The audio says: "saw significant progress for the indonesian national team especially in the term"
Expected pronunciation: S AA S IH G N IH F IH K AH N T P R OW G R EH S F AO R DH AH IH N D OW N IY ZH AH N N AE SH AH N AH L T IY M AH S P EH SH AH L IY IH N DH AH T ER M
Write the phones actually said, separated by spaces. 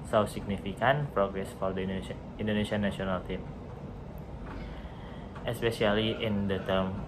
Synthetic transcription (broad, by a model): S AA S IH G N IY F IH K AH N P R OW G R EH S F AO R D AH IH N D OW N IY S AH N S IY AH N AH L T IY M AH S P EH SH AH L IY IH N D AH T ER M